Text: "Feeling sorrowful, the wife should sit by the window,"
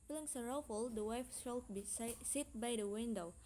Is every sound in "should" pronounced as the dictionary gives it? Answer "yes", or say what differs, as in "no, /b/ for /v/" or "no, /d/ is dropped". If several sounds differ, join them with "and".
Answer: no, /s/ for /ʃ/